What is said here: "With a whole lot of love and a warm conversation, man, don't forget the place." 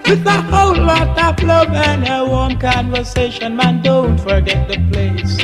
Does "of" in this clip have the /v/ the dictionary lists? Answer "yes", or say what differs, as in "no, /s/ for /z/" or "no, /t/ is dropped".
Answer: no, /p/ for /v/